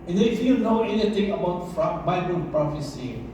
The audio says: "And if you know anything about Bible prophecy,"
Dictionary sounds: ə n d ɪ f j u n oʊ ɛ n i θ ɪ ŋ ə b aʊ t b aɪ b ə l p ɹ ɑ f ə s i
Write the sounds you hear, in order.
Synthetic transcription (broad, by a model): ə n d ɪ f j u n oʊ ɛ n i t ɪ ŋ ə b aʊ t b aɪ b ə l p ɹ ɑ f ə s i